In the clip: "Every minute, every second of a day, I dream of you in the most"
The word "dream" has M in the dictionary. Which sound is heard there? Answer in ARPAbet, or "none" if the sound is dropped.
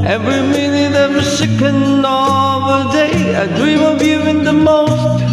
M